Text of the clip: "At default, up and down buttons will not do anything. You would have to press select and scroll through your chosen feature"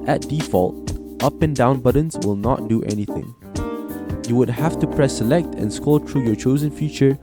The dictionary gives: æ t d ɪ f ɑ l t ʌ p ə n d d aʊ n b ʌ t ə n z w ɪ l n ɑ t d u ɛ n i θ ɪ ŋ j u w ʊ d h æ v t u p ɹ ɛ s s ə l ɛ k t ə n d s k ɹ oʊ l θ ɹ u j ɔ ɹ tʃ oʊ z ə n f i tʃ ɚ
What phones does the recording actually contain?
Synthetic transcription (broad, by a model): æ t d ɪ f ɑ l t ʌ p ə n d d aʊ n b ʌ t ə n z w ɪ l n ɑ t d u ɛ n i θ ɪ ŋ j u w ʊ d h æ f t u p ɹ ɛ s s ə l ɛ k t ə n s k oʊ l t ɹ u j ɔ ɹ tʃ oʊ z ə n f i tʃ ɚ